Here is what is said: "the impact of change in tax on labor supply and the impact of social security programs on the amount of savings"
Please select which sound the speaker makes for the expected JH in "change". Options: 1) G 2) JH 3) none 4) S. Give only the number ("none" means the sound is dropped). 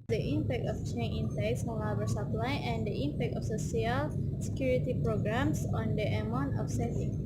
3